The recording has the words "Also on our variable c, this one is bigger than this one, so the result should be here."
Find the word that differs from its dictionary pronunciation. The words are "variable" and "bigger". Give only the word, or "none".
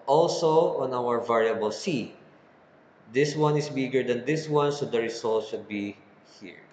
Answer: none